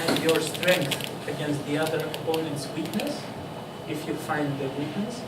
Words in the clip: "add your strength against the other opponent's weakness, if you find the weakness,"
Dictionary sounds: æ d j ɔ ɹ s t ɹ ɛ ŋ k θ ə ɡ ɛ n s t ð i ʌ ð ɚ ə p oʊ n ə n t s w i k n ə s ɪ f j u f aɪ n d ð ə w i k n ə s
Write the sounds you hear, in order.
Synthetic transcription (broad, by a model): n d j ɔ ɹ s t ɹ ɛ ŋ k θ ə ɡ ɛ n s t ð i ʌ ð ɚ ə p oʊ n ə n t s w i k n ə s ɪ f j u f aɪ n d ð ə w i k n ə s